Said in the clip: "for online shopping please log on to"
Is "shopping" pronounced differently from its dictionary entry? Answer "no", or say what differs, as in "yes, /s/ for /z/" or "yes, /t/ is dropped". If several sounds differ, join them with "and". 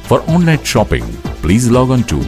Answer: no